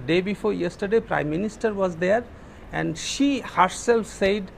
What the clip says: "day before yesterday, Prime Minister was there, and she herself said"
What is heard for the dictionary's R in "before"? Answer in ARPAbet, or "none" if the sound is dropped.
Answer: R